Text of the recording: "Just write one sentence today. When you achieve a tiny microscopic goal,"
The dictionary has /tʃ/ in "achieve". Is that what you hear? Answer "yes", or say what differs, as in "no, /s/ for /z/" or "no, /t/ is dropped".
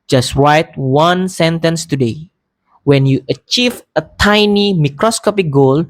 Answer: yes